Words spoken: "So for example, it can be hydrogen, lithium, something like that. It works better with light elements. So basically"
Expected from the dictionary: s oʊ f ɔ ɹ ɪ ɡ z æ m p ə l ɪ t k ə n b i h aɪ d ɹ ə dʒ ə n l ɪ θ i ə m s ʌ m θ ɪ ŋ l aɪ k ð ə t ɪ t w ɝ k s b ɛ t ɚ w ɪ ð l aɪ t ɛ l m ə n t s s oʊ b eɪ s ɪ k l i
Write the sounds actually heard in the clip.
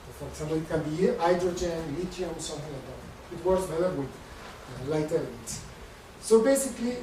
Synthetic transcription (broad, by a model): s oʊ f ɔ ɹ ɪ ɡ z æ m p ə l ɪ t k ə n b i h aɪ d ɹ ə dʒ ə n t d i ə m s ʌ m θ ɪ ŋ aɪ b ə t ɪ t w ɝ s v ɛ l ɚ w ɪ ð l aɪ t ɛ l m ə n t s s oʊ b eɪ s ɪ k l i